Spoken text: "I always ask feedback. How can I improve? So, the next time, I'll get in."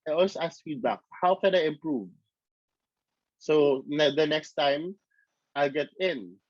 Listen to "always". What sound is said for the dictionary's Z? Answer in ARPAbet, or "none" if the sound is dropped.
none